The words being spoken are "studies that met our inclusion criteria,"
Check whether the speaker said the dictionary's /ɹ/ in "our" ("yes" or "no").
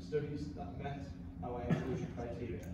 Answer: no